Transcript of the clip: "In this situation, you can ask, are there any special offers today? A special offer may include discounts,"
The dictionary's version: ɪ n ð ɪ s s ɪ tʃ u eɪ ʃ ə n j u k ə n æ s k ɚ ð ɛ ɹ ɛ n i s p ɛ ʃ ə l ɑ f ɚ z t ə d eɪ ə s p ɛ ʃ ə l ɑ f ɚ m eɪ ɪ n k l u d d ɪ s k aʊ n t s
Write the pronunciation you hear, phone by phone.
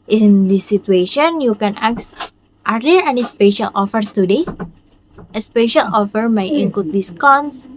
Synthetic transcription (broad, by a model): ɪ n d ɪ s s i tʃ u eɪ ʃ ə n j u k ə n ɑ s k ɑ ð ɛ ɹ ɛ n i s p ɛ ʃ ə l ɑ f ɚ t ə d eɪ ə s p ɛ ʃ ə l ɑ f ɚ m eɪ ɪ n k l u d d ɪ s k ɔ n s